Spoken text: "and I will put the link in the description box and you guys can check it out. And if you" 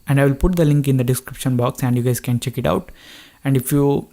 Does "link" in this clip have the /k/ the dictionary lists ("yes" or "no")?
yes